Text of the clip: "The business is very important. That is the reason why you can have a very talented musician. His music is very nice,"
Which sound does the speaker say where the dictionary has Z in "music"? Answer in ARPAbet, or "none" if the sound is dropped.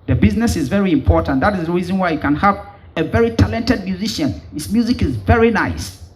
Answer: Z